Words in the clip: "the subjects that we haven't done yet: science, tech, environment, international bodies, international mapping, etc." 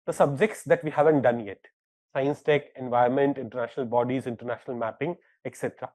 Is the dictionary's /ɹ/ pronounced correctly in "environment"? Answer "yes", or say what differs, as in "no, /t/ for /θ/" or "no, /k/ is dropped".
no, /ɹ/ is dropped